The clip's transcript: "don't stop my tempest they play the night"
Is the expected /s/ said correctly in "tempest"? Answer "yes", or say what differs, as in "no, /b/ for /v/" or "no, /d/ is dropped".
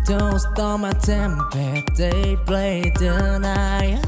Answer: no, /s/ is dropped